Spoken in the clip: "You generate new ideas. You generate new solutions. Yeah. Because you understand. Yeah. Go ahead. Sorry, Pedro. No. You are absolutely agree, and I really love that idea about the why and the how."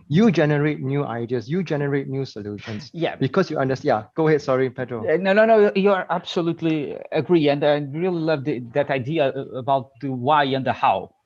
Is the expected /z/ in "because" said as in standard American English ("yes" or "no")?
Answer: no